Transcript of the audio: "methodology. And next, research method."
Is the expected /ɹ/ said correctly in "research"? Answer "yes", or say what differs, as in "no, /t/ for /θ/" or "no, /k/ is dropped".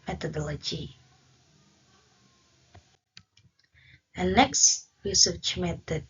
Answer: no, /w/ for /ɹ/